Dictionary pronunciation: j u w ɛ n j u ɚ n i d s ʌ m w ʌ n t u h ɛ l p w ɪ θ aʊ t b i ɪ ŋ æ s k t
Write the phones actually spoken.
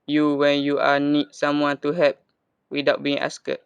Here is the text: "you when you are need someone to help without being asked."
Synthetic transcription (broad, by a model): j u w ɛ n j u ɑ n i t s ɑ m w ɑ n t u h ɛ p w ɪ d aʊ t b i ɪ ŋ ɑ s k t